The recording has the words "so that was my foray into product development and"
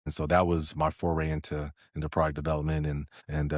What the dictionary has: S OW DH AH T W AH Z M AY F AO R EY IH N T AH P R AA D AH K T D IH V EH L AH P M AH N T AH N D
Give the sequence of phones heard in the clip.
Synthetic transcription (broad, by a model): S OW DH AH T W AH Z M AY F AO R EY IH N T AH P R AA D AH K D IH V EH L AH P M AH N T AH N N